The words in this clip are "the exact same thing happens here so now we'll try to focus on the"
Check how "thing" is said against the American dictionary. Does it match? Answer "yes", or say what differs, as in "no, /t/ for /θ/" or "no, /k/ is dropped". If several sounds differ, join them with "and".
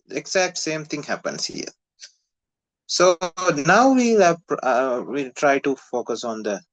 no, /t/ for /θ/